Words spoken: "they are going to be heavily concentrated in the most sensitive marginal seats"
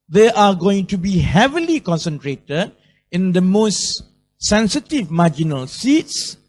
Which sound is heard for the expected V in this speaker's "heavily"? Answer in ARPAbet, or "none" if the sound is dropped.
V